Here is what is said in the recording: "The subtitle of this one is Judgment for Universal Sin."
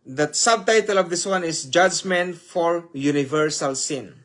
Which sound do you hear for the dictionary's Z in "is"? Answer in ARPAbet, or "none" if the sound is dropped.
S